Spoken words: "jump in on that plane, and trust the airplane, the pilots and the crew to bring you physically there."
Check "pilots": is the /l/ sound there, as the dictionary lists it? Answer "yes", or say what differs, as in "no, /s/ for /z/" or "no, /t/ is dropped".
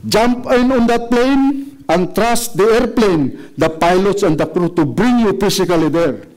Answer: yes